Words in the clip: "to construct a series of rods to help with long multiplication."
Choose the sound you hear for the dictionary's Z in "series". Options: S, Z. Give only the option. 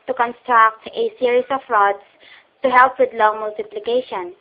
S